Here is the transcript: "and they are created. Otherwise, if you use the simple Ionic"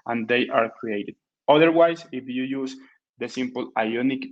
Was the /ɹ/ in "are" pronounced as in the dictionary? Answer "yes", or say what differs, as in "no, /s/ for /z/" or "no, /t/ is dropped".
yes